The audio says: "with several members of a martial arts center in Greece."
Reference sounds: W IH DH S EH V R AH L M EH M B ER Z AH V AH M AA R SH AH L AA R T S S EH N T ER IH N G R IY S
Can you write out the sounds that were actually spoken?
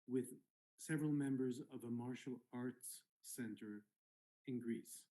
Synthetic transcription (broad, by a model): W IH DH S EH V R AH L M EH M B ER Z AH V AH M AA R SH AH L AA R T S S EH N T ER IH N G R IY S